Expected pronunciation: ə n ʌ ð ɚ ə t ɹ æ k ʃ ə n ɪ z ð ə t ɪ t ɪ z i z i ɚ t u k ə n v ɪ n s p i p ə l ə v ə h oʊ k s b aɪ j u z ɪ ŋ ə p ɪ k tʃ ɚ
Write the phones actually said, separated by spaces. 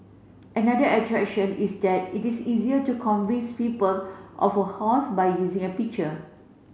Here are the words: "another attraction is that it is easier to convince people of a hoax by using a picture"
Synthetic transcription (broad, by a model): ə n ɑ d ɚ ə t ɹ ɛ k ʃ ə n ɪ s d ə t ɪ t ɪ s i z i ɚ t u k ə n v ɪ n s p i p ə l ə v ə h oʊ s b aɪ j u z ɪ ŋ ə p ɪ k tʃ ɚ